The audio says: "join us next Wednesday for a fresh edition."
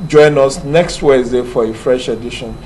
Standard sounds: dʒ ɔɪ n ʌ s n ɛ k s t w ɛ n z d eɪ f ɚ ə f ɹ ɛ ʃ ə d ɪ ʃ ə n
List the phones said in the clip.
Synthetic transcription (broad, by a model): dʒ ɔɪ n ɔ s n ɛ k s t w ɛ z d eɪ f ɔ ə f ɹ ɛ ʃ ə d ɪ ʃ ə n